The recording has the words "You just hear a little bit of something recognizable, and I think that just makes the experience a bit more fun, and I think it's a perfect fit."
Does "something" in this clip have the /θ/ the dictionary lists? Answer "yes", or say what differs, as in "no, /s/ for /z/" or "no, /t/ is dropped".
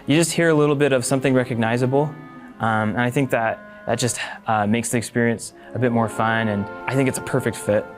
yes